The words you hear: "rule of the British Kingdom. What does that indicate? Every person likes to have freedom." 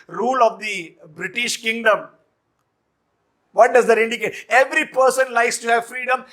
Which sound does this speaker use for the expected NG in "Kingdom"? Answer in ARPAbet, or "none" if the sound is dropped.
NG